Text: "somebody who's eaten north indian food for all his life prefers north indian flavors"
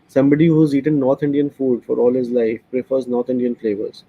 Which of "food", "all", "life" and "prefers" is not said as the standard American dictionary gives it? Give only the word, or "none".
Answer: none